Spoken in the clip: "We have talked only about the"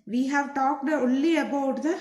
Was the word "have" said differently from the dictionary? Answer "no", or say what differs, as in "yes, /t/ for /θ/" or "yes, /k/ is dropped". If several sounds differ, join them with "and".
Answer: no